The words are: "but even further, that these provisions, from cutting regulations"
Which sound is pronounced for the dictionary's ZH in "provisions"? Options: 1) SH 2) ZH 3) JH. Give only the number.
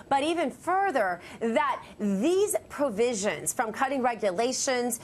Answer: 2